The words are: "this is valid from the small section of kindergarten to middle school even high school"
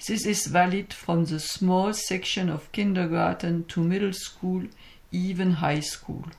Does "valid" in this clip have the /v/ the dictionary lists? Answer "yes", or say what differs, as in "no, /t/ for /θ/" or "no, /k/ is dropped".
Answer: yes